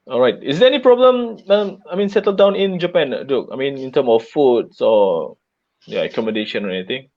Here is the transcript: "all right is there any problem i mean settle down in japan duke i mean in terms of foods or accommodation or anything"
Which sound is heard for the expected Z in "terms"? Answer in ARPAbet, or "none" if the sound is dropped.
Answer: none